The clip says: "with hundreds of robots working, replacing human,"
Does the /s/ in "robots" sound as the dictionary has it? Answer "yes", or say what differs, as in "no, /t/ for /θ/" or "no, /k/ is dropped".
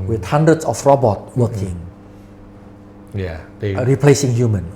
no, /s/ is dropped